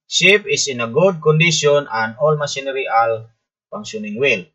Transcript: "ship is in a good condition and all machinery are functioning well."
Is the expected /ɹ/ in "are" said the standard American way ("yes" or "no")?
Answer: no